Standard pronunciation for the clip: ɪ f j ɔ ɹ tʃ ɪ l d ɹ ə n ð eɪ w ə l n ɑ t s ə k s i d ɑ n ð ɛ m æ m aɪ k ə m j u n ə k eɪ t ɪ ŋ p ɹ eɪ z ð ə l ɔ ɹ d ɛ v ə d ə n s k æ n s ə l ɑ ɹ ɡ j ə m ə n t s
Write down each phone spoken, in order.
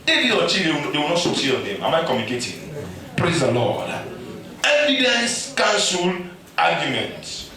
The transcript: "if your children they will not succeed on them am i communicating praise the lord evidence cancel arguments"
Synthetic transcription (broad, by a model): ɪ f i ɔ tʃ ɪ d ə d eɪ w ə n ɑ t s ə s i ɑ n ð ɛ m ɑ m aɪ k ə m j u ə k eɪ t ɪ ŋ p ɹ eɪ z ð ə l ɔ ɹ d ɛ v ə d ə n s k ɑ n s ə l ɑ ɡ j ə m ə n t